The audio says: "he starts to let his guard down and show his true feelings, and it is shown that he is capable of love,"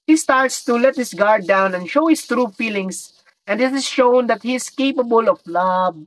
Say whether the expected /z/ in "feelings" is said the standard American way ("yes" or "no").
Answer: no